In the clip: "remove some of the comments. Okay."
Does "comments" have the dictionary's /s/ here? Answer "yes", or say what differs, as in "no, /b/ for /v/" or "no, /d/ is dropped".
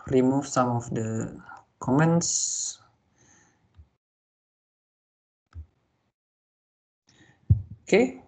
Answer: yes